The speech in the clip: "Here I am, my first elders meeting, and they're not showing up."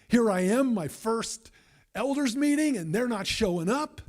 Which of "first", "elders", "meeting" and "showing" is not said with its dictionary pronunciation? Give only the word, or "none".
none